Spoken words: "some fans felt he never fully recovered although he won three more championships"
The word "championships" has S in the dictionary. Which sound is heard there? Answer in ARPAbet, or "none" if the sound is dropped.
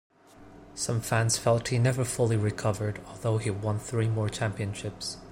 S